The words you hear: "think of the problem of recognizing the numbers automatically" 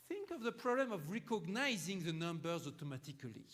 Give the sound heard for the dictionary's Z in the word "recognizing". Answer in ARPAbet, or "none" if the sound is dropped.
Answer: Z